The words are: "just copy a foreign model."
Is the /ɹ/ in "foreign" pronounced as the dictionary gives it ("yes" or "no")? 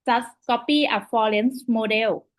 no